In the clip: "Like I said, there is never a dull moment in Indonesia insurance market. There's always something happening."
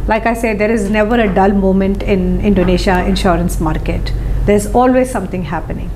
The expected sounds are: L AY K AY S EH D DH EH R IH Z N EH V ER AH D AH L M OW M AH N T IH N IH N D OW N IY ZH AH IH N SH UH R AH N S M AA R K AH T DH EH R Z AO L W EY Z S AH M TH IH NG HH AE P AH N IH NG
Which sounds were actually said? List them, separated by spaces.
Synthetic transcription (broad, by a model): L AY K AY S EH D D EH R IH Z N EH V ER AH D AH L M OW M AH N T IH N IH N D OW N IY SH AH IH N SH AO R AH N S M AA R K AH T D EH R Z AO L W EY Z S AH M T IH NG HH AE P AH N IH NG